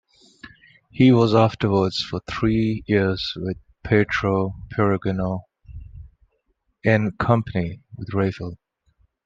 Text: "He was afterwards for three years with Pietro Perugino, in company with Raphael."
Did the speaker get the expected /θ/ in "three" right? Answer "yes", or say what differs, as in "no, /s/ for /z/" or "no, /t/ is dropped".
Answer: yes